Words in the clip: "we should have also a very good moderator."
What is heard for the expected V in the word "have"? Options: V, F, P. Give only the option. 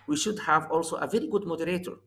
V